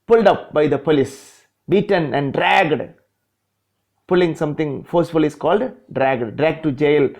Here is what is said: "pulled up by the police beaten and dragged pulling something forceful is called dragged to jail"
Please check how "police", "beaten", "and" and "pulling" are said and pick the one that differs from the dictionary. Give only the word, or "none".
none